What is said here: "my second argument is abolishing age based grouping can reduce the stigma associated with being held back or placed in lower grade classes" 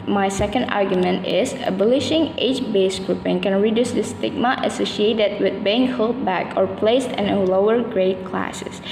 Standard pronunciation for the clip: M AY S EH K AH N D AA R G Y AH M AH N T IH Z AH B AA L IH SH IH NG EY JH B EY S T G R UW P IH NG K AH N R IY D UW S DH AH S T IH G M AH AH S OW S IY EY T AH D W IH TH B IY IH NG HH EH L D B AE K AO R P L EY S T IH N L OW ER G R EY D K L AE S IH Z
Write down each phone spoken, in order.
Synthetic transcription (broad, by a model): M AY S EH K AH N D AA R G Y AH M AH N T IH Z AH B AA L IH SH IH NG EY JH B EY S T G R UW P IH NG K AH N R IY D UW S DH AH S T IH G M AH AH S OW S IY EY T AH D W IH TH B IY IH NG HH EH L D B AE K AO R P L EY S T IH N L OW ER G R EY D K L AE S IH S